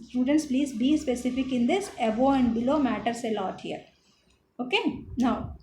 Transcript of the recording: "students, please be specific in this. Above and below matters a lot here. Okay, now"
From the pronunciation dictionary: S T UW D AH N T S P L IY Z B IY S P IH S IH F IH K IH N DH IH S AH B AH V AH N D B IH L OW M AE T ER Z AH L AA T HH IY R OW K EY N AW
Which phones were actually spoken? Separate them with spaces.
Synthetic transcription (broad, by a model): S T UW D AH N T S P L IY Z B IY S P IH S IH F IH K IH N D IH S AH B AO AH N D B IH L OW M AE T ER S AH L AA T HH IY R OW K EY N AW